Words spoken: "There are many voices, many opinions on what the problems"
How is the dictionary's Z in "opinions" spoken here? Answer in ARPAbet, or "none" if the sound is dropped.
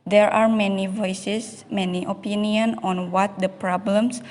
none